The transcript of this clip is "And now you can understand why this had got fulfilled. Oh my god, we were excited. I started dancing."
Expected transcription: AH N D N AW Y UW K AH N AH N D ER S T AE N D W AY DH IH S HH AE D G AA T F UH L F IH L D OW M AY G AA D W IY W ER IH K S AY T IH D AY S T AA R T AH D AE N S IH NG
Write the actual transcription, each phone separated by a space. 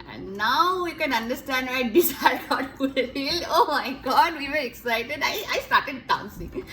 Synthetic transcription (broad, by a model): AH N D N AW Y UW K AH N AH N D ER S T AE N D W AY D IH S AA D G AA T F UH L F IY L OW M AY G AA D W IY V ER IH K S AY T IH D AY S T AA R T AH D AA N S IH NG